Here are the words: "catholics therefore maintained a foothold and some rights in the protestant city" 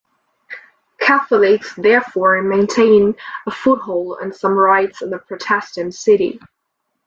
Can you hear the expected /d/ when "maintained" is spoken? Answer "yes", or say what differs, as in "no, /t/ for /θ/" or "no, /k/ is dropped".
no, /d/ is dropped